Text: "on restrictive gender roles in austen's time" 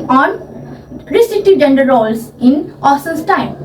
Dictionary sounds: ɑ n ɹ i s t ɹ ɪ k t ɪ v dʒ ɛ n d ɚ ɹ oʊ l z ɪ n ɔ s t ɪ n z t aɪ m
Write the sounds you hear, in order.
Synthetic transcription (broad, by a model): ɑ n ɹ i s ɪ t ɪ dʒ ɛ n d ɚ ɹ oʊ l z ɪ n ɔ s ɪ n s t aɪ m